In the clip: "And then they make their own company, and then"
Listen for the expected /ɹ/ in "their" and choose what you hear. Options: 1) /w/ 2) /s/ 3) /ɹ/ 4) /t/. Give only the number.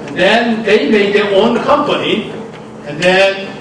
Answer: 1